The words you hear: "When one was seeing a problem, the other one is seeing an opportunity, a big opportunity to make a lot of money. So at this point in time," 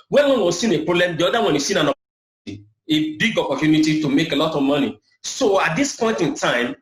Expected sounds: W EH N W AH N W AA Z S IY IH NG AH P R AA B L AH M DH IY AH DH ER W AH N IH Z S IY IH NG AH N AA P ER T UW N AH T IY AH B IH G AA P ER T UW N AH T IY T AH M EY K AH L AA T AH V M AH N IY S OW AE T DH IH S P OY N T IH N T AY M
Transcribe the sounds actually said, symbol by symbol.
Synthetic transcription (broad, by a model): W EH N W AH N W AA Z S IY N AH P R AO B L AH M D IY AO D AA W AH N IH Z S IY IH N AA N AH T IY AH B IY G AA P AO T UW N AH T IY T AH M EY K AH L AA T AH V M AH N IY S OW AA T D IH S P OY N T IH N T AY M